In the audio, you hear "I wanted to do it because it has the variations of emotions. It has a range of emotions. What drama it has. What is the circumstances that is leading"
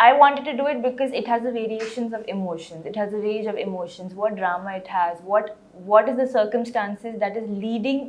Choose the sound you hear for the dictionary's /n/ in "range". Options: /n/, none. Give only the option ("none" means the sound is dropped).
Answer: none